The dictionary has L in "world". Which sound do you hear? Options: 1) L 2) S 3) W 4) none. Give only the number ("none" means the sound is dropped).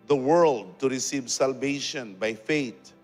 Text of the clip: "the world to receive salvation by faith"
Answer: 1